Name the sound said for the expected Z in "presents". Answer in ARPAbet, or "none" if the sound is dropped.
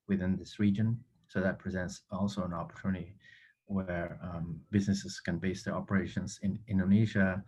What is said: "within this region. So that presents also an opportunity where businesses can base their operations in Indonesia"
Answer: Z